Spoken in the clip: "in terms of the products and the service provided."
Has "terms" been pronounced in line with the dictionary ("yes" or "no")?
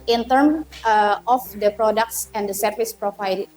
no